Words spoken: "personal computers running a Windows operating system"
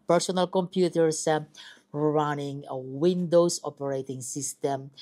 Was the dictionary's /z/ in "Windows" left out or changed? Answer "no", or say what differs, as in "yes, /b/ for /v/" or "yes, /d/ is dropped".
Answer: yes, /s/ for /z/